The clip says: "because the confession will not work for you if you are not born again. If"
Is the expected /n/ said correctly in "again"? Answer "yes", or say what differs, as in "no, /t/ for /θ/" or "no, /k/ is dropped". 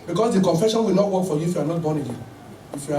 no, /n/ is dropped